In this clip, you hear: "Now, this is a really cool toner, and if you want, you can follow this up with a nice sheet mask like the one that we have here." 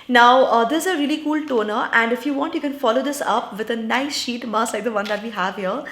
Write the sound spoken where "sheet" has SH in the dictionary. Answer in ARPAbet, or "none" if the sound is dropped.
SH